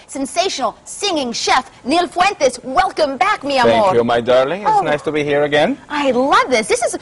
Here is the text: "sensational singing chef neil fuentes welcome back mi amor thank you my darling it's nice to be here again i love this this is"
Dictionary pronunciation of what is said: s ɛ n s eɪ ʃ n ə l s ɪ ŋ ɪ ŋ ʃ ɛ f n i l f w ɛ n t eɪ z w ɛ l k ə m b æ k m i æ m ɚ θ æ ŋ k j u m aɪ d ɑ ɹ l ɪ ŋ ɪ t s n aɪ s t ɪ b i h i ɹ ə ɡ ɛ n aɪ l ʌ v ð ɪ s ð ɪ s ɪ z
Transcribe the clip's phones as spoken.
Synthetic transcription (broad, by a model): s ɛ n s eɪ ʃ n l s ɪ ŋ ɪ ŋ ʃ ɛ f n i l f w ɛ n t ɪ s w ɛ l k ə m b æ k m i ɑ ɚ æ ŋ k j u m aɪ d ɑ ɹ l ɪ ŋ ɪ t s n aɪ s t ɪ b i h i ɹ ə ɡ ɛ n aɪ l ʌ v ð ɪ s ð ɪ s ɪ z